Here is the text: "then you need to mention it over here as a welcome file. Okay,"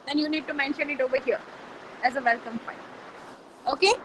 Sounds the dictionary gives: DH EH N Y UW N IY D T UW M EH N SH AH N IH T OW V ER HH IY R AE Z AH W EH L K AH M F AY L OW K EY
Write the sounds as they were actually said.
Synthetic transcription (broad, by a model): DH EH N Y UW N IY D T UW M EH N SH AH N IH T OW V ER HH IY R AE Z AH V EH L K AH M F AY N OW K EY